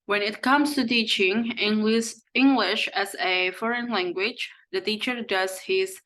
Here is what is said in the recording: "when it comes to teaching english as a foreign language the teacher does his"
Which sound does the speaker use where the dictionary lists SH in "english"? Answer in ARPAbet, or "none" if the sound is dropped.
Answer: SH